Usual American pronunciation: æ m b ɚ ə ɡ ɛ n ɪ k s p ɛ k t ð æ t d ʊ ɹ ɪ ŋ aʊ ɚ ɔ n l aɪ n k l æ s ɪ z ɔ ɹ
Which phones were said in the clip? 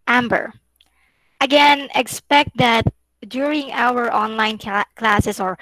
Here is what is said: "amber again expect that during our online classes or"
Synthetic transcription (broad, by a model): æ m b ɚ ə ɡ ɛ n ɪ k s p ɛ k t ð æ t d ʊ ɹ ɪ ŋ aʊ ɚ ɔ n l aɪ n k l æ s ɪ s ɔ ɹ